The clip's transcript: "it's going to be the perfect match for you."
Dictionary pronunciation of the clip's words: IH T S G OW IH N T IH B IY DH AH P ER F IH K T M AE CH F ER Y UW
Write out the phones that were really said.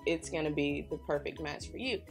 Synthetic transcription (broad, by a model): IH T S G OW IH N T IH B IY DH AH P ER F IH K T M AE S F ER Y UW